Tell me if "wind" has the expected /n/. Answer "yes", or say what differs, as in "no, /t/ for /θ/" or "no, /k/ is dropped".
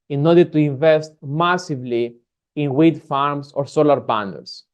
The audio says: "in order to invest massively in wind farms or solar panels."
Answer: no, /n/ is dropped